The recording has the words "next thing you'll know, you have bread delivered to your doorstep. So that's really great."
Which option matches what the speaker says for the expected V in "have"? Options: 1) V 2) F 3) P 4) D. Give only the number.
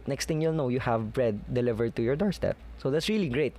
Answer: 1